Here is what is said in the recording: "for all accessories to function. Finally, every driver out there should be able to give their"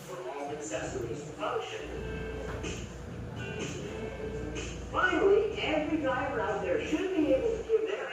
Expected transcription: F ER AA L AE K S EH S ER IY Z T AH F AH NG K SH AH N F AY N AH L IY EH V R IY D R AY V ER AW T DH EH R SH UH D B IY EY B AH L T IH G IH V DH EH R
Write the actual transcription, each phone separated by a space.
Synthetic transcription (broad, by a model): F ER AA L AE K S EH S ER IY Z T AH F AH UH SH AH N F AY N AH L IY EH V R IY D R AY ER AW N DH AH R SH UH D B IY EY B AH L T IH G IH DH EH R